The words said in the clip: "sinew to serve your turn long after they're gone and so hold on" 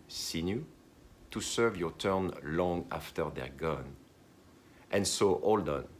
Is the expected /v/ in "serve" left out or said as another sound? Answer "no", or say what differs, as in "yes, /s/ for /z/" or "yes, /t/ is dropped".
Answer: no